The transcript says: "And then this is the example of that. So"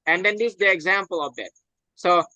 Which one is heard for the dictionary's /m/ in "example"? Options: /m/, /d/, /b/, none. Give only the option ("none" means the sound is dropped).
/m/